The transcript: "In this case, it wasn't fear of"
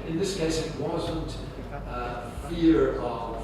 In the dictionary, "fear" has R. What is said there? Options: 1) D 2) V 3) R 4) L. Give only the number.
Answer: 3